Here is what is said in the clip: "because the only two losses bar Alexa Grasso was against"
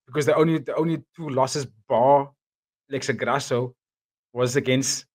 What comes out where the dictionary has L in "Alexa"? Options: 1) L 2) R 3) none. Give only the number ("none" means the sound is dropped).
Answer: 3